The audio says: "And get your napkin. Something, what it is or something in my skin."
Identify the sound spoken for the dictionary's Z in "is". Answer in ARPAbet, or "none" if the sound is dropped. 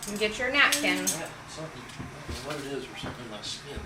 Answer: Z